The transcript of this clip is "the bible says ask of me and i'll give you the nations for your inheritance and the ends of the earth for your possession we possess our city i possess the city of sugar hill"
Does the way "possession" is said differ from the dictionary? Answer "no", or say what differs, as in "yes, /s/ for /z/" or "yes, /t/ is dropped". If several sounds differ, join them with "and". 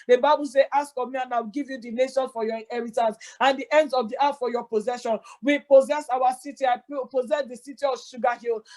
no